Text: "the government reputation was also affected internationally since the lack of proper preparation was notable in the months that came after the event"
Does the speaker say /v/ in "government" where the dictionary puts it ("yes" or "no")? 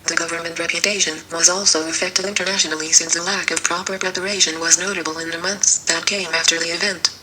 yes